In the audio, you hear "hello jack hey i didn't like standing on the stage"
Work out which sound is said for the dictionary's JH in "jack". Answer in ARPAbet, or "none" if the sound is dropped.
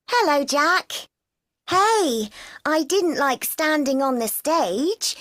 JH